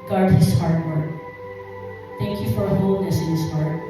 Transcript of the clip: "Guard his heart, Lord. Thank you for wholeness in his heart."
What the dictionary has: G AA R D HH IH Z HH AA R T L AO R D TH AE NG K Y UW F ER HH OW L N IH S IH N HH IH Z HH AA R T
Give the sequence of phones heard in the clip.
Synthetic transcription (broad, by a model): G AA R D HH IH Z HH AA R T W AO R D TH AE NG K Y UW F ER HH OW L N IH S IH N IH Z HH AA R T